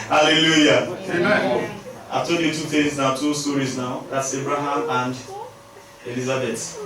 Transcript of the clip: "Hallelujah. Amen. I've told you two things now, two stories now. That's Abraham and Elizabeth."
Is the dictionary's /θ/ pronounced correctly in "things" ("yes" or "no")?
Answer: no